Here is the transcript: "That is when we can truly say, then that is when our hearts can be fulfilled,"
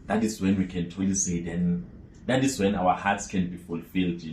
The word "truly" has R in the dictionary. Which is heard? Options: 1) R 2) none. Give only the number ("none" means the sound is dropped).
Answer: 2